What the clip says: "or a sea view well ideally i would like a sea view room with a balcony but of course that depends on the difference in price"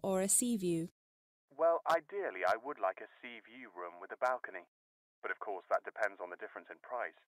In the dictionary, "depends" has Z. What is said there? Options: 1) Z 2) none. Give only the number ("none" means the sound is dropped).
1